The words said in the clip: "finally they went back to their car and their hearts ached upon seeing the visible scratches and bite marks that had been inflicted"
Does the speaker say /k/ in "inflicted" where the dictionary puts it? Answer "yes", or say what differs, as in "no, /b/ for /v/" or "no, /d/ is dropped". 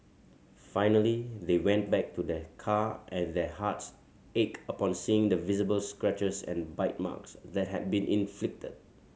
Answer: yes